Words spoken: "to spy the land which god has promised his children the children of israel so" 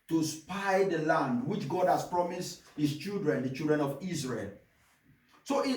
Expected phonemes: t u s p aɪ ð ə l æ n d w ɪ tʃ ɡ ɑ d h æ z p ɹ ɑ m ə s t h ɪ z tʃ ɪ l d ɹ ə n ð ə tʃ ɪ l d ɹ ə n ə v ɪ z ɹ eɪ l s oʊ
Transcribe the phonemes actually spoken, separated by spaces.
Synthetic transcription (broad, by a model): t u s p aɪ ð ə l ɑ n d w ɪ tʃ ɡ ɑ d h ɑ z p ɹ ɑ m ə s t h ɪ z tʃ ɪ l d ɹ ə n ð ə tʃ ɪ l d ɹ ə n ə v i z ɹ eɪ l s oʊ